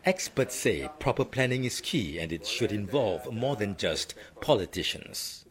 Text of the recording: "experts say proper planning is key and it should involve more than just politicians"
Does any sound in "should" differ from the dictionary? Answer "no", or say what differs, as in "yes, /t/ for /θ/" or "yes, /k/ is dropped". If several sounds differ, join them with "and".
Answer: no